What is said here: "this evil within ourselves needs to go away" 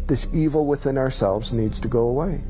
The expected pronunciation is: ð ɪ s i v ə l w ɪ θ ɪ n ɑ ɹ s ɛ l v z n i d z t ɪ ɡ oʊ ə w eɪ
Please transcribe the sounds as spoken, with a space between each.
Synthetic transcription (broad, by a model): ð ɪ s i v l w ɪ θ ɪ n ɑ ɹ s ɛ l v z n i d z t ɪ ɡ oʊ ə w eɪ